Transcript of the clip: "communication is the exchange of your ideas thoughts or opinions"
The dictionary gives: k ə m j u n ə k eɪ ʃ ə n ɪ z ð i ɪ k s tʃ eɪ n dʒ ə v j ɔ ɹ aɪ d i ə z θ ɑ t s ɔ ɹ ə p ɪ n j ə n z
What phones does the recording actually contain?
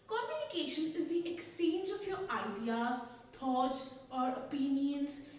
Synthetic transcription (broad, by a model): k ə m j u n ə k eɪ ʃ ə n ɪ z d i ɪ k s tʃ eɪ n dʒ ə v j ɔ ɹ aɪ d i ə z t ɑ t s ɔ ɹ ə p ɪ n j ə n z